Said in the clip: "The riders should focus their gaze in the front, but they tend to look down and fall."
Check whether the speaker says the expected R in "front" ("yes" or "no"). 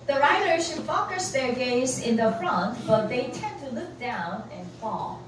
yes